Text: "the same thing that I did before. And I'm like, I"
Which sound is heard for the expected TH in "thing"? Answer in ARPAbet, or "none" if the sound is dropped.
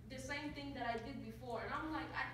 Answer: T